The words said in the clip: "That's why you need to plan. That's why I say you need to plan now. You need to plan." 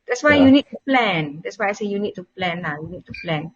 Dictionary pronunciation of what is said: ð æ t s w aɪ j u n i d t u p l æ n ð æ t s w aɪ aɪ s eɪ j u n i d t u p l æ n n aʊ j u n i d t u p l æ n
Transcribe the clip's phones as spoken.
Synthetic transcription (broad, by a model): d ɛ t s w aɪ j u n i d t u p l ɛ n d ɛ t s w aɪ aɪ s eɪ j u n i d t u p l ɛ n l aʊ j u n i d t u p l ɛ n